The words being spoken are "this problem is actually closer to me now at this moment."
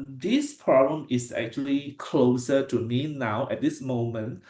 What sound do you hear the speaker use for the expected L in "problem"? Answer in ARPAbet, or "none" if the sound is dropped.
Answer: none